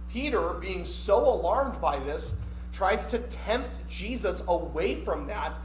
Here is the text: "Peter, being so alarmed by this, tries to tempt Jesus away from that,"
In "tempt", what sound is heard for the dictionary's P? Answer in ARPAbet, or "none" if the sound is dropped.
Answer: P